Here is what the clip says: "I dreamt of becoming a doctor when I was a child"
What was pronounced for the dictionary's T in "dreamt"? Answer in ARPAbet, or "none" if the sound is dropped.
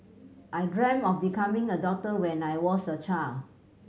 none